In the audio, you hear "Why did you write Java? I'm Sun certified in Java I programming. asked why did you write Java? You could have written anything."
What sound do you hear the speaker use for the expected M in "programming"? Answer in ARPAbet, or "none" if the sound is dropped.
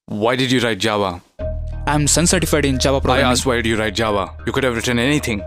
none